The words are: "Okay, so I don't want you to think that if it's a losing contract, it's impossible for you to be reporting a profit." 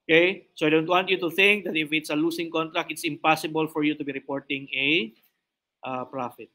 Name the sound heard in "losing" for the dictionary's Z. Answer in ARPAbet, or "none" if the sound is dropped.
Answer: S